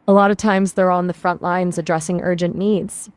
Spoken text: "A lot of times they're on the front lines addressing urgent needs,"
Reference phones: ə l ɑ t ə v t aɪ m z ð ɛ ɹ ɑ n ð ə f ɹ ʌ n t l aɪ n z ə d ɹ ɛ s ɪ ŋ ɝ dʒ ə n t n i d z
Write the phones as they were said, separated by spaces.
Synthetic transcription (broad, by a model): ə l ɑ t ə v t aɪ m z ð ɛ ɹ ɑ n ð ə f ɹ ʌ n t l aɪ n z ə d ɹ ɛ s ɪ ŋ ɝ dʒ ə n n i d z